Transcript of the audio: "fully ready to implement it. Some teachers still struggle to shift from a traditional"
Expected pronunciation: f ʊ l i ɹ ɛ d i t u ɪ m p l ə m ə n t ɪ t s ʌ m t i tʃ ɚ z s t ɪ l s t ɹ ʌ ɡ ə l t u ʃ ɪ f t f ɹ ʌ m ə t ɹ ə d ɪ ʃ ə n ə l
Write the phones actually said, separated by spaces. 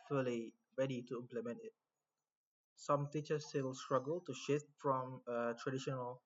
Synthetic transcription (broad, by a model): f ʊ l i ɹ ɛ d i t u ɪ m p l ə m ə n t ɪ t s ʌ m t i tʃ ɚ s t ɪ l s t ɹ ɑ ɡ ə l t u ʃ ɪ f t f ɹ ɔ m ə t ɹ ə d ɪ ʃ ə n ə l